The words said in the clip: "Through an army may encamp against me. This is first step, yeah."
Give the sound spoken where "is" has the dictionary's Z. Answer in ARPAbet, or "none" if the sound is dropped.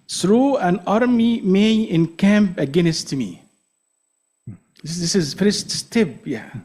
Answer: Z